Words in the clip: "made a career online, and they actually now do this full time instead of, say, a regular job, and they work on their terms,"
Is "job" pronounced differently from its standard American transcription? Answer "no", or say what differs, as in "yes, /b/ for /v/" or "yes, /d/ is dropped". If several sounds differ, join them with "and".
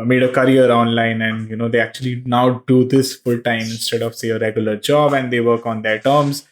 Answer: no